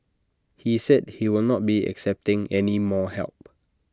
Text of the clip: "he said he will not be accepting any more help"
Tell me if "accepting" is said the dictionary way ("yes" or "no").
yes